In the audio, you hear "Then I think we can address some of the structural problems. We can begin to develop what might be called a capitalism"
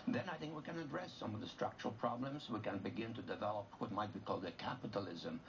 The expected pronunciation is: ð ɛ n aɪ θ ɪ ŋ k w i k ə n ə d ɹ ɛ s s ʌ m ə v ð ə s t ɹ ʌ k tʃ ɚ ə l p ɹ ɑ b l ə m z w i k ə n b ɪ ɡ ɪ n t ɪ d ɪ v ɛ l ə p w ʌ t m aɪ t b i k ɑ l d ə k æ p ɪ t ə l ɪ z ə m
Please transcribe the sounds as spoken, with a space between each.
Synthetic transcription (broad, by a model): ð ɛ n aɪ θ ɪ ŋ k w i k ə n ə d ɹ ɛ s s ʌ m ə v ð ə s t ɹ ʌ k tʃ ɚ ə l p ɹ ɑ b l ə m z w i k ə n b ɪ ɡ ɪ n t ɪ d ɪ v ɛ l ə p w ʌ t m aɪ t b i k ɑ l d ə k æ p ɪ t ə l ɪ z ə m